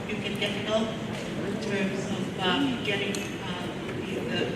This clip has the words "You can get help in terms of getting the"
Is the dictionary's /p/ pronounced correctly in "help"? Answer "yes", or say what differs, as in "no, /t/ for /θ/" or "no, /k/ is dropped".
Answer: no, /p/ is dropped